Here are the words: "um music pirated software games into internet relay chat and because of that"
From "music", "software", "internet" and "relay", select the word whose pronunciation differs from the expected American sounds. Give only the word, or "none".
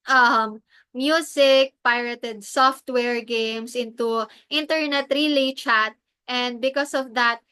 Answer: music